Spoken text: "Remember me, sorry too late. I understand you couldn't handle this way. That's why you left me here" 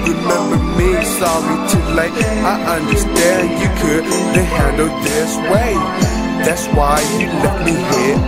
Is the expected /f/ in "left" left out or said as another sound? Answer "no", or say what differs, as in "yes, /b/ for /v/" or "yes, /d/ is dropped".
yes, /f/ is dropped